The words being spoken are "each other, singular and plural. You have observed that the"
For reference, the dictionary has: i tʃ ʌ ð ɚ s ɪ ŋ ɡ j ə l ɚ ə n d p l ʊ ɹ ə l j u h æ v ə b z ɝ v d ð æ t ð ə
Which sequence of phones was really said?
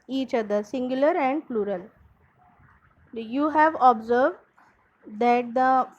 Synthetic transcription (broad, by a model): i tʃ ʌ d ɚ s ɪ ŋ ɡ j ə l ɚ ə n d p l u ɹ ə l j u h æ v ə b z ɝ v d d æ t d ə